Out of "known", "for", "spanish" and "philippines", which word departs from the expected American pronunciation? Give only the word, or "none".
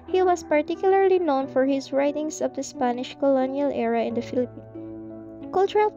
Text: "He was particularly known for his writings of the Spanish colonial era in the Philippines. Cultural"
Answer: philippines